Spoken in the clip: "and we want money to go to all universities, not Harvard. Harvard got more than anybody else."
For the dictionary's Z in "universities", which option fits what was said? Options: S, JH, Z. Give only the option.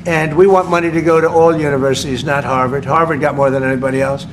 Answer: Z